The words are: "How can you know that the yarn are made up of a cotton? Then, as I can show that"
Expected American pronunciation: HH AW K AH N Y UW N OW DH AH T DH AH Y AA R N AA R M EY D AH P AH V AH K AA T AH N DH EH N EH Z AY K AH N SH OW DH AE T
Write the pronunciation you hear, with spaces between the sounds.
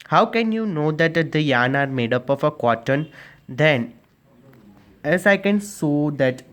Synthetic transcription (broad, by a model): HH AW K AH N Y UW N OW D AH T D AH Y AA N AA R M EY D AH P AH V AH K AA T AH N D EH N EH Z AY K AH N S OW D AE T